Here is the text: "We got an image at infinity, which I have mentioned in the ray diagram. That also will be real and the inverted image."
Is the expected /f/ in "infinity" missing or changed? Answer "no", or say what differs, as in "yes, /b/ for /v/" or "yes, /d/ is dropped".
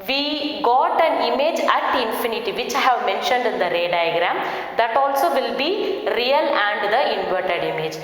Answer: no